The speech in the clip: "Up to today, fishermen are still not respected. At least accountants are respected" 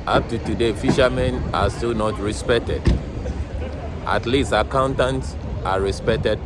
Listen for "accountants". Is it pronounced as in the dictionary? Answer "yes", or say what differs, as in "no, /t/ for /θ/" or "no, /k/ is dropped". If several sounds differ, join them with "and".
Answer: yes